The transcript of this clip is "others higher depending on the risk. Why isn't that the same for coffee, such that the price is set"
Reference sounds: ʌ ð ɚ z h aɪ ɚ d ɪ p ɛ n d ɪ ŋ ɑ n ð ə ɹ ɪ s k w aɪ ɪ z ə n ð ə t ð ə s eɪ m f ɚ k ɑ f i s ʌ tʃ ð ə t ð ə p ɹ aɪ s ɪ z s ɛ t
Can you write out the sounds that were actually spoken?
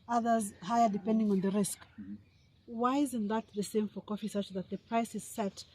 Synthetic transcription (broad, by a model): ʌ ð ɚ z h aɪ ɚ d ɪ p ɛ n d ɪ ŋ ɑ n ð ə ɹ ɪ s k w aɪ ɪ z ə n ð ə t ð ə s eɪ m f ɚ k ɑ f i s ʌ tʃ ð ə t ð ə p ɹ aɪ s ɪ z s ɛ t